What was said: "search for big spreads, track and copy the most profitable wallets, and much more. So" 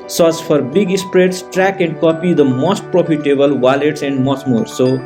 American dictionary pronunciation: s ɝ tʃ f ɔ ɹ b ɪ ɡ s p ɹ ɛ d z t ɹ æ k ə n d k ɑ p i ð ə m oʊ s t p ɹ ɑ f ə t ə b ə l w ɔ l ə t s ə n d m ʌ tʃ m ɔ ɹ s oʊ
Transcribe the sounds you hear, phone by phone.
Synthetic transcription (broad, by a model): s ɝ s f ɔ ɹ b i ɡ s p ɹ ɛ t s t ɹ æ k ə n d k ɑ p i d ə m oʊ s t p ɹ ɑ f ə t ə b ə l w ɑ l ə t s ə n d m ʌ s m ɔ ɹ s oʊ